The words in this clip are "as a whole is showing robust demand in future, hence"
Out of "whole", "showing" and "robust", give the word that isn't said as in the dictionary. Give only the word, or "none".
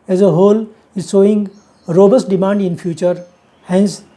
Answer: showing